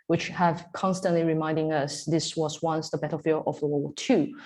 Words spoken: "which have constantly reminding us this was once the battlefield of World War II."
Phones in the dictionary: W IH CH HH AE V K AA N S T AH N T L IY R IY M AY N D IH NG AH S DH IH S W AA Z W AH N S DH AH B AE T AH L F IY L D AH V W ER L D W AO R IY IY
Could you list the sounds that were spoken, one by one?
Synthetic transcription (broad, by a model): W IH CH HH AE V K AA N S T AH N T L IY R IY M AY N D IH NG AH S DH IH S W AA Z W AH N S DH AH B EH T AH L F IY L AH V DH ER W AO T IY